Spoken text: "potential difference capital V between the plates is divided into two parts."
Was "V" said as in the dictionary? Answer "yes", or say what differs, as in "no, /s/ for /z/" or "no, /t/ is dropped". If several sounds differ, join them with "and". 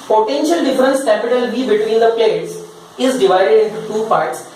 no, /b/ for /v/